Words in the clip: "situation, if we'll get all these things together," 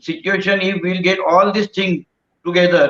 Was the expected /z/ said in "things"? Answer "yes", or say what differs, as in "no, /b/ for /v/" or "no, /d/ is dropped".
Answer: no, /z/ is dropped